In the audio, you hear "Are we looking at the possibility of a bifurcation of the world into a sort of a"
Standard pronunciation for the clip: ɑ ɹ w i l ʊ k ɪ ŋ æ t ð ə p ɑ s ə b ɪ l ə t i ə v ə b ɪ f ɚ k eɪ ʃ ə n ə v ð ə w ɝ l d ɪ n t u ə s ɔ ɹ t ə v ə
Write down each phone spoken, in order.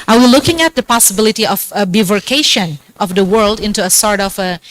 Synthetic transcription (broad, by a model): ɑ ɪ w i l ʊ k ɪ ŋ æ t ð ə p ɑ s ə b ɪ l ə t i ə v ə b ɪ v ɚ k eɪ ʃ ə n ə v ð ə w ɝ l d ɪ n t u ə s ɔ ɹ t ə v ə